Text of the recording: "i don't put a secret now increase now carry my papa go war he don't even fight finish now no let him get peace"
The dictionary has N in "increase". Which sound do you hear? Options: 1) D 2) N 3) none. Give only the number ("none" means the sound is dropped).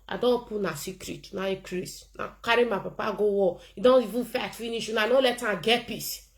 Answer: 3